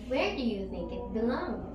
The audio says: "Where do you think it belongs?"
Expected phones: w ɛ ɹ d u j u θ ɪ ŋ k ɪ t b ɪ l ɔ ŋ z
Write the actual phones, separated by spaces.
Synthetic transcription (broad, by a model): w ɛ ɹ d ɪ j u θ ɪ ŋ k ɪ t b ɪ l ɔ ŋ